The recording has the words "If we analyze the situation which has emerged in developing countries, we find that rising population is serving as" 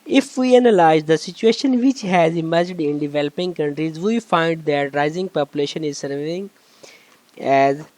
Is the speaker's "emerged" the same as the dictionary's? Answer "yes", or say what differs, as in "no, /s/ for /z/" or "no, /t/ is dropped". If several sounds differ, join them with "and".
yes